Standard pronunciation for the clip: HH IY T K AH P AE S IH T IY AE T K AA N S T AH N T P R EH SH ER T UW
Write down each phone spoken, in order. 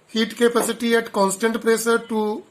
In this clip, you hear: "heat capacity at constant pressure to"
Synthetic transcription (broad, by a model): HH IY T K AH P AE S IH T IY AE T K AA N S T AH N T P R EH S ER T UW